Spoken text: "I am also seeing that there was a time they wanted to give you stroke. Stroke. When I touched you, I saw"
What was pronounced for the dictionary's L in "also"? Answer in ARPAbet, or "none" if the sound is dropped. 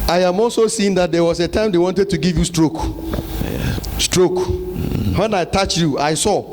L